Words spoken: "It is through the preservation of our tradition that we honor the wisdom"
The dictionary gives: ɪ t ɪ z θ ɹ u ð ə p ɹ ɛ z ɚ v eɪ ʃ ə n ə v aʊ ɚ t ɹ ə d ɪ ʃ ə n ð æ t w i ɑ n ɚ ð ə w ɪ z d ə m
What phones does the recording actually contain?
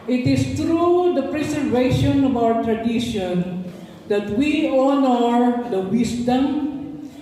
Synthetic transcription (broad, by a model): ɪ t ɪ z t ɹ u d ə p ɹ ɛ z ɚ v eɪ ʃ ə n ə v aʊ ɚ t ɹ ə d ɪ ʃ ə n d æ t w i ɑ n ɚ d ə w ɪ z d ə m